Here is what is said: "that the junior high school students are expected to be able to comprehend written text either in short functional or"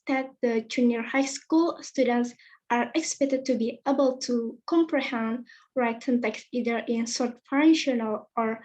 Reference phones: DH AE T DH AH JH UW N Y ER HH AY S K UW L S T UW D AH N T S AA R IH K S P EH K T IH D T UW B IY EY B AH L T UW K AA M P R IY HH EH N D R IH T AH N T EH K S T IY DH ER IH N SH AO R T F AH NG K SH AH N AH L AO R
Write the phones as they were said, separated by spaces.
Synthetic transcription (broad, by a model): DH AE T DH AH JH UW N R HH AY S K UW L S T UW D AH N T S AA R IH K S P EH K T IH D T UW B IY EY B AH L T UW K AA M P R IY HH EH N D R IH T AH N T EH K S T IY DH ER IH N S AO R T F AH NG SH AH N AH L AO R